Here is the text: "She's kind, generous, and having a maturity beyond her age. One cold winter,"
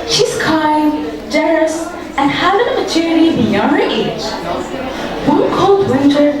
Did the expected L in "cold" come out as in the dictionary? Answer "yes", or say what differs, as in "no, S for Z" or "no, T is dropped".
yes